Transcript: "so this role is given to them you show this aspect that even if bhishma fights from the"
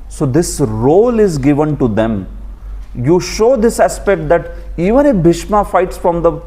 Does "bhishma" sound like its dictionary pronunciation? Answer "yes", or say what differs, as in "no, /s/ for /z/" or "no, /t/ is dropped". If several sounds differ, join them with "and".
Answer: yes